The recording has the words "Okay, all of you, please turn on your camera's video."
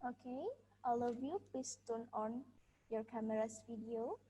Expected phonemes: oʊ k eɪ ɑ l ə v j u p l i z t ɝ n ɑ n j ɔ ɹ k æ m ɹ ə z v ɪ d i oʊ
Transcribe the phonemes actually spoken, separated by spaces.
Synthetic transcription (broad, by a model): oʊ k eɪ ɑ l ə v j u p i s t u n ɑ n j ɔ ɹ k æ m ɹ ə s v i d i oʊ